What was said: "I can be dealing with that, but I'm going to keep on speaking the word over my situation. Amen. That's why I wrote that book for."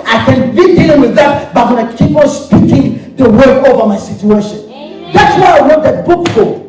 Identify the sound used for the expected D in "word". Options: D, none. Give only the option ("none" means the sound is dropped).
none